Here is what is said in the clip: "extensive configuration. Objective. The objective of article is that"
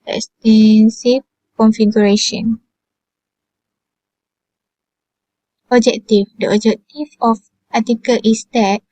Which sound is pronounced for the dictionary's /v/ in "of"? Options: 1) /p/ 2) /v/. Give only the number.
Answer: 1